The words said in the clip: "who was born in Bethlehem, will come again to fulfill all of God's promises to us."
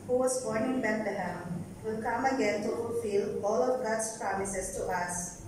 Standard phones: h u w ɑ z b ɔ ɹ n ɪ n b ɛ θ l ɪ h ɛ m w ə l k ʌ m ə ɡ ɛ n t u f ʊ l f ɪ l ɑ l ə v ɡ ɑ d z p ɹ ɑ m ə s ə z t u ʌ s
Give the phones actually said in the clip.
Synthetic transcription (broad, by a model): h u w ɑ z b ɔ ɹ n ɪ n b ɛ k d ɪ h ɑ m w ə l k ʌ m ə ɡ ɛ n t u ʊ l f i l ɑ l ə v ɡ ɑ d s p ɹ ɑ m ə s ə s t u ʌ s